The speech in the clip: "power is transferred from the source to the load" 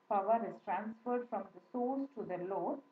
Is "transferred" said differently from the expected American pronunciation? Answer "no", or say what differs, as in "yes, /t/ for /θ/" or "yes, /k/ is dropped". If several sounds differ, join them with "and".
no